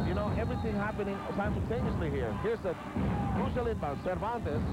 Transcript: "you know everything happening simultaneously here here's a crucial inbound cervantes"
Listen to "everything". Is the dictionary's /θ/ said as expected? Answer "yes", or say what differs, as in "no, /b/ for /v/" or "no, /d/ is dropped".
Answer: yes